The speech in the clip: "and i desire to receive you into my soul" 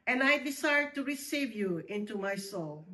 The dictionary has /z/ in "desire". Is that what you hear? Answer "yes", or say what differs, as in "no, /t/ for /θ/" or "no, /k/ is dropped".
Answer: no, /s/ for /z/